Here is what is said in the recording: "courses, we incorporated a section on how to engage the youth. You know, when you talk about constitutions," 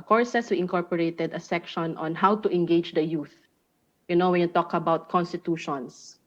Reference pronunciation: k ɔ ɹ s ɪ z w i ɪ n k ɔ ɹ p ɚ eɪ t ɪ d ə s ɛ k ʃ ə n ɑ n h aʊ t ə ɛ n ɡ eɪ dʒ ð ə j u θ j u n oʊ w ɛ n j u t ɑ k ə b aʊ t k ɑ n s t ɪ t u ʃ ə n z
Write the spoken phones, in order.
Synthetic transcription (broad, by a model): k ɔ ɹ s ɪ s w i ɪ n k ɔ ɹ p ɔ eɪ t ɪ d ə s ɛ k ʃ ə n ɑ n h aʊ t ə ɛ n ɡ eɪ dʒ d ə j u θ j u n oʊ w ɛ n j u t ɑ k ə b aʊ t k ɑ n s t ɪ t u ʃ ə n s